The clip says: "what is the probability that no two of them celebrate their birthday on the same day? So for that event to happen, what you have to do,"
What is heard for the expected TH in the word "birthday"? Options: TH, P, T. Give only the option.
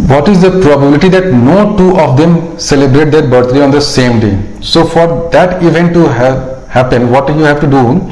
T